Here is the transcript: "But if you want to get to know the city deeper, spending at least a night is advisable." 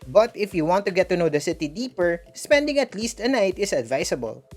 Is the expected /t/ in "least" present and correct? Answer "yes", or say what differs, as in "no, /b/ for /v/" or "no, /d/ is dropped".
yes